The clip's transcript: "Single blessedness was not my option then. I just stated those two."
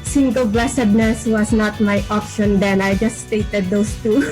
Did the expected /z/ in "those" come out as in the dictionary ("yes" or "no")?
no